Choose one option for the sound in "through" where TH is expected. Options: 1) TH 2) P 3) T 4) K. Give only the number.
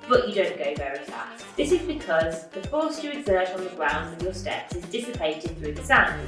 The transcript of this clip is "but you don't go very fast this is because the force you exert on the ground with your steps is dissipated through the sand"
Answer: 1